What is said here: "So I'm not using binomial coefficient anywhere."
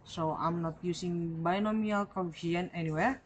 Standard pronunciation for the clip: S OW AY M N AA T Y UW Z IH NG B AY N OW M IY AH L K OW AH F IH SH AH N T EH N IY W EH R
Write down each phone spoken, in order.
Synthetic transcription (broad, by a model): S OW AY M N AA T Y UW S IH NG B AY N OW M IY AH L K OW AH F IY AH N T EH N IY W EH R